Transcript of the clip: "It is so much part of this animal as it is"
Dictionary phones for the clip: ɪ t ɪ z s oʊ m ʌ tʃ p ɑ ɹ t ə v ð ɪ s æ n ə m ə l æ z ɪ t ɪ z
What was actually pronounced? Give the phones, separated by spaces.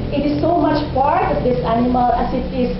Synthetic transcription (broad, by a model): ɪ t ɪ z s oʊ m ʌ tʃ p ɑ ɹ t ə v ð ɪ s æ n ə m ə l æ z ɪ t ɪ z